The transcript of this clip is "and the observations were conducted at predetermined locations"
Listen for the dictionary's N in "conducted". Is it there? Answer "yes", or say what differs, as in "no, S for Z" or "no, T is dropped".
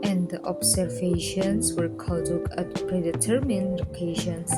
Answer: no, N is dropped